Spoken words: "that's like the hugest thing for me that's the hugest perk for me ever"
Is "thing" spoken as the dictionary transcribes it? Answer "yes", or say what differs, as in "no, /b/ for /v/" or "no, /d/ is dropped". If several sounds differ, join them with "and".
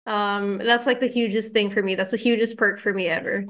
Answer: yes